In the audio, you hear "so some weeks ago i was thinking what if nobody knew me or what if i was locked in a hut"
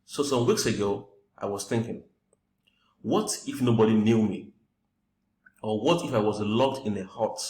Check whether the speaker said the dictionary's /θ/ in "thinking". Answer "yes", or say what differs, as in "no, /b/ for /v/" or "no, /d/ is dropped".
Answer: yes